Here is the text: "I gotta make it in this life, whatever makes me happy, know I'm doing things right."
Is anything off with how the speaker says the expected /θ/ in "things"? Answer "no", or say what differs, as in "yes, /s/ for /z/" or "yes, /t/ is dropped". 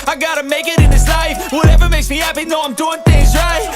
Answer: no